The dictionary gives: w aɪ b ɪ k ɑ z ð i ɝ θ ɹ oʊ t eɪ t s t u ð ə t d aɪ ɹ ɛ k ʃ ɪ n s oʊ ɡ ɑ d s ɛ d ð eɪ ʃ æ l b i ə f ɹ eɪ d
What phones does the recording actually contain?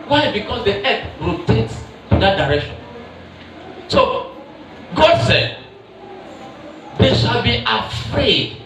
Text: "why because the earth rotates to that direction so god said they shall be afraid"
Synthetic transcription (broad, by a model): w aɪ b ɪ k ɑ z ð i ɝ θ ɹ oʊ t eɪ t s t u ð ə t d aɪ ɹ ɛ k ʃ ɪ n s oʊ ɡ ɑ d s ɛ d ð eɪ ʃ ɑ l b i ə f ɹ eɪ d